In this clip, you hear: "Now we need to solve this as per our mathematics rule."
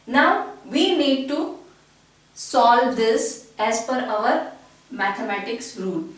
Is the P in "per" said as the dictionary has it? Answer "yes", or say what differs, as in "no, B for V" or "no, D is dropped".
no, F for P